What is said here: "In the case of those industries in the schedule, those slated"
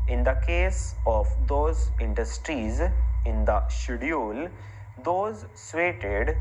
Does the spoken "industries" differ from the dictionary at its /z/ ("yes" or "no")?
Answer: no